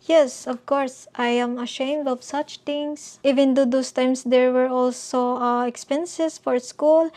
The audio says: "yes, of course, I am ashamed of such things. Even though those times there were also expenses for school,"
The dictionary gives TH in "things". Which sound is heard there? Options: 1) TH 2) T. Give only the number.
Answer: 2